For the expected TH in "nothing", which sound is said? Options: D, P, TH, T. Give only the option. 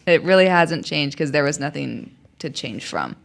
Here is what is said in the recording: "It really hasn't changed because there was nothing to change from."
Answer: TH